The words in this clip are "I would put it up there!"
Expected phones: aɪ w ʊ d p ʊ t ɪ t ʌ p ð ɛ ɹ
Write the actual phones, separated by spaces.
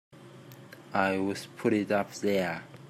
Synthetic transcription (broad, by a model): aɪ w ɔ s p ʊ t ɪ t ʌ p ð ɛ